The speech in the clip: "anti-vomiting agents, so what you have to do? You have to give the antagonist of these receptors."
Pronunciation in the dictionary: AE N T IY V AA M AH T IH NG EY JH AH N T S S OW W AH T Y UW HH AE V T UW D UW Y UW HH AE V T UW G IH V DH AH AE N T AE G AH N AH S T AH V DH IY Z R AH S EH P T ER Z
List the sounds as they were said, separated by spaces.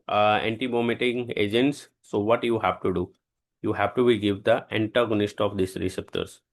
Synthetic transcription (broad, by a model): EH N T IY B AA M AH T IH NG EY JH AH N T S S OW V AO T Y UW HH AE V T UW D UW Y UW HH AE V T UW G IH V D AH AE N T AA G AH N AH S T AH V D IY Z R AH S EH P T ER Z